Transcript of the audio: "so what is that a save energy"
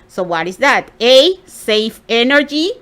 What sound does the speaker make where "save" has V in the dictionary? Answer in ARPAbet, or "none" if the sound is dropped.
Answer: F